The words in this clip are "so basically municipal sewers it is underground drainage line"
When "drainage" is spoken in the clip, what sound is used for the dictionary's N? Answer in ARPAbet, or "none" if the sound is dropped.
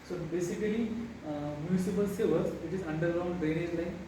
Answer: none